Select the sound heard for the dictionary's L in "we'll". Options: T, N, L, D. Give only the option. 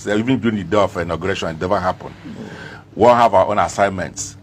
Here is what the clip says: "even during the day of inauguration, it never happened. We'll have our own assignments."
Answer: N